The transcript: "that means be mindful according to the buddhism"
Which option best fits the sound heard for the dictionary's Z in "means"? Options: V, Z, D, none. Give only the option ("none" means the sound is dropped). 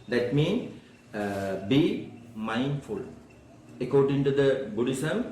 none